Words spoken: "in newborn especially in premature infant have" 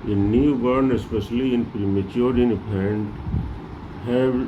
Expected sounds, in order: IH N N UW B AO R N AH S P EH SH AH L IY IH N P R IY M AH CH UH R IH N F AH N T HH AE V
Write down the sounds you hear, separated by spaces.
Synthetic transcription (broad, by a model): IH N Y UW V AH R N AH S P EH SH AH L IY IH N P R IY M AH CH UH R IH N P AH N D HH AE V